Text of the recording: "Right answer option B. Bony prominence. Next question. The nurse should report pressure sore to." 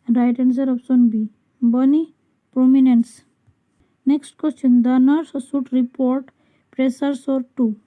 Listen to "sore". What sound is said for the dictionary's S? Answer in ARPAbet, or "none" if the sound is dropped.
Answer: S